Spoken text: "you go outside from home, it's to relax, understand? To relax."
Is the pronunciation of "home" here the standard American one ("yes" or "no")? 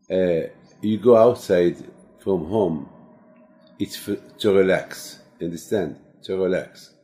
yes